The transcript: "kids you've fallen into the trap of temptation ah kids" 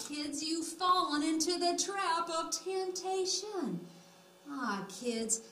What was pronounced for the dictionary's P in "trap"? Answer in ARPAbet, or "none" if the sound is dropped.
P